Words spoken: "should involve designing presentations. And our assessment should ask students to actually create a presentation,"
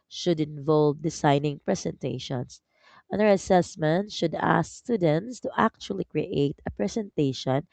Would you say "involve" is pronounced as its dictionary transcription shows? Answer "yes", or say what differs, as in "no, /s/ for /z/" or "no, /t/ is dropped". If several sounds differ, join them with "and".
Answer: yes